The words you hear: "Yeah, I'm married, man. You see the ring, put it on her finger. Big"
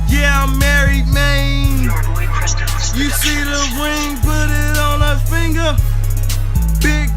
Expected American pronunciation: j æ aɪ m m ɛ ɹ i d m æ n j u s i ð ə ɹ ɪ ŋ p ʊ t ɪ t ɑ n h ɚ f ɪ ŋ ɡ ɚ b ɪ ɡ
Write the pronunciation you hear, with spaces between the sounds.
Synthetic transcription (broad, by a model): j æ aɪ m m ɛ ɹ i d m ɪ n j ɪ s i ð ə w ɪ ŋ p ʊ t ɪ t n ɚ f ɪ ŋ ɡ ɚ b ɪ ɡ